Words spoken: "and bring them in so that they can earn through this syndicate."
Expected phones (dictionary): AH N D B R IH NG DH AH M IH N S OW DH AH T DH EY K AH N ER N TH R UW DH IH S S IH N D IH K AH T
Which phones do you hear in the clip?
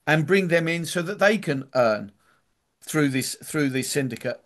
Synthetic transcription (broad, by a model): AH N B R IH NG DH AH M IH N S OW DH AH T DH EY K AH N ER N TH R UW DH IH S S IH N D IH K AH T